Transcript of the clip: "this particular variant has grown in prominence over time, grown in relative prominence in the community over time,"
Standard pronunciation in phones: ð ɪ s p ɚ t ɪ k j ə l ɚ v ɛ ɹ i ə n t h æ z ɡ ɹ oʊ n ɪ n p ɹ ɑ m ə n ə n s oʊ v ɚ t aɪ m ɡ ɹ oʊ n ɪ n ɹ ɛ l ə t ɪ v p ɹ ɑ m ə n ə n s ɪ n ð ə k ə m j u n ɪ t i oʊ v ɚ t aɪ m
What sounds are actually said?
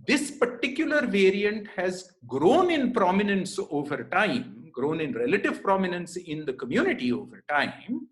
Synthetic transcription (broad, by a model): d ɪ s p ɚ t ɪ k j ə l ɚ v ɛ ɹ i ə n t h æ z ɡ ɹ oʊ n ɪ n p ɹ ɑ m ə n ə n s oʊ v ɚ t aɪ m ɡ ɹ oʊ n ɪ n ɹ ɛ l ə t ɪ v p ɹ ɑ m ə n ə n s ɪ n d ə k ə m j u n ɪ t i oʊ v ɚ t aɪ m